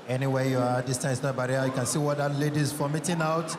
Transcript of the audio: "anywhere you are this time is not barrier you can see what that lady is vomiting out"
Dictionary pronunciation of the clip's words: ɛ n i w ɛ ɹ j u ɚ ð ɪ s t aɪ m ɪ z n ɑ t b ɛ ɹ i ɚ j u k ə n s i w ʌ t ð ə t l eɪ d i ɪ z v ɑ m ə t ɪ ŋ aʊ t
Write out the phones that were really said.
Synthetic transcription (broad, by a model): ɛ n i w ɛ j u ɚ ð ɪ s t aɪ m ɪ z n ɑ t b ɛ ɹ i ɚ j u k ə n s i w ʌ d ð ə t l eɪ d i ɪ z f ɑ m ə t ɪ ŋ aʊ t